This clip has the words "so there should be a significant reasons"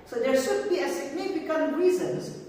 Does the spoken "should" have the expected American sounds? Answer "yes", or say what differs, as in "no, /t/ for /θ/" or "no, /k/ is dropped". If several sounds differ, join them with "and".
yes